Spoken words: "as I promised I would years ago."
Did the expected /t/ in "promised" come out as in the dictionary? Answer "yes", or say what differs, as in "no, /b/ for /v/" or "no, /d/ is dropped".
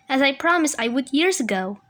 no, /t/ is dropped